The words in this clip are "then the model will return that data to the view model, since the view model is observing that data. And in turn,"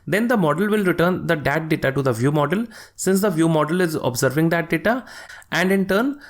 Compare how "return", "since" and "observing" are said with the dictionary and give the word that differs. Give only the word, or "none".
none